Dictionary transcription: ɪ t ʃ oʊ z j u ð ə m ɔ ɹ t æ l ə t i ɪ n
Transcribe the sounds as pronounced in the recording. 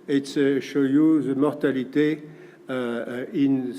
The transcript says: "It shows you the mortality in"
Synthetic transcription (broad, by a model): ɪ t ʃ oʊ j u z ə m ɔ ɹ t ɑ l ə t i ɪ n